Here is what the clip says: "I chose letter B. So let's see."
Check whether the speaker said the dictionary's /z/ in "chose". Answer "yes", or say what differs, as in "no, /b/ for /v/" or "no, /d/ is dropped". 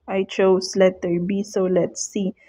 no, /s/ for /z/